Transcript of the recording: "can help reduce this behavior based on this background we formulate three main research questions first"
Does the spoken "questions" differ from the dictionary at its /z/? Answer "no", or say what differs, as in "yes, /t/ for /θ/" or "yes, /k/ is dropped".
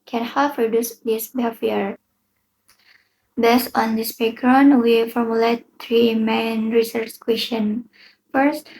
yes, /z/ is dropped